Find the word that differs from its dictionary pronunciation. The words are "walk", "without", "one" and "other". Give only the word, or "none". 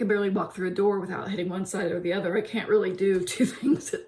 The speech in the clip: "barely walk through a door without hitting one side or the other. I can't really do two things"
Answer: none